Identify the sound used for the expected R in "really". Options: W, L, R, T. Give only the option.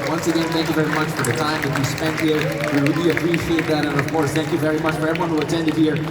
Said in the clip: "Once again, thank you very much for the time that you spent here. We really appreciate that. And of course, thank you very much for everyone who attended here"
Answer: W